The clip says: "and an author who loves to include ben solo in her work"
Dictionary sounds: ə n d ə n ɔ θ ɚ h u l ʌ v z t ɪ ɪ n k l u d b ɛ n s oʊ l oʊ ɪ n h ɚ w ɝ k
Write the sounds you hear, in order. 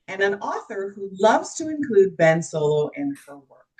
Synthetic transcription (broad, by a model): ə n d ə n ɔ θ ɚ h u l ʌ v z t ɪ ɪ n k l u d b ɛ n s oʊ l oʊ ɪ n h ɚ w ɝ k